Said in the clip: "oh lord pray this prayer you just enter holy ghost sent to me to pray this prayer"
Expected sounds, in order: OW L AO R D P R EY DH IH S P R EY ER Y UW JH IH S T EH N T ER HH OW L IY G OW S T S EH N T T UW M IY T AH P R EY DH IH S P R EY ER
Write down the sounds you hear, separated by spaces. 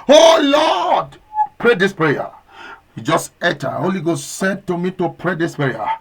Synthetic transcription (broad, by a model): OW L AO D P R EY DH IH S P R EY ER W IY JH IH S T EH T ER HH OW L IY G OW S T S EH N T T UW M IY T AH P R EY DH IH S P R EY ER